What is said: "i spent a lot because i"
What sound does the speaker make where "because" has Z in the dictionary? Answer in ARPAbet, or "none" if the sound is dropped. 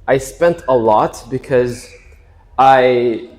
Z